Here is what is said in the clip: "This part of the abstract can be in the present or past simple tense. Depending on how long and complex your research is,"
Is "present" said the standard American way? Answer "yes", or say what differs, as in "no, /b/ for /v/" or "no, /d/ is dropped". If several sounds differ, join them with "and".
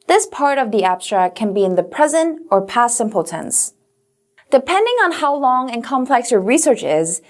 yes